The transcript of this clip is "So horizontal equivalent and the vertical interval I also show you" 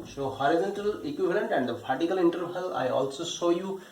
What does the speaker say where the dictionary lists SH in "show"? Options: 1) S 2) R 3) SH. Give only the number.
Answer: 1